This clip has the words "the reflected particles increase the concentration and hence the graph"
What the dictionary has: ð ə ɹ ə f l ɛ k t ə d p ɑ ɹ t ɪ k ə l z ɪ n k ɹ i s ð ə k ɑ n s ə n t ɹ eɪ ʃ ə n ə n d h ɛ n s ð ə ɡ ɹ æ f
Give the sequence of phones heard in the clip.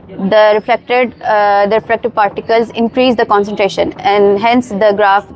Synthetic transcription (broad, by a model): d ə ɹ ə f l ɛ k t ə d p ɑ ɹ t ɪ k ə l z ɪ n k ɹ i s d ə k ɑ n s ə n t ɹ eɪ ʃ ə n ə n d h ɛ n s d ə ɡ ɹ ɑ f